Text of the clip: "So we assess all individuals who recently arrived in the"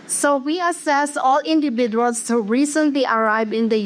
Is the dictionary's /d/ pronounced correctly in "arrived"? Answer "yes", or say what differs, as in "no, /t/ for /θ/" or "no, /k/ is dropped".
no, /d/ is dropped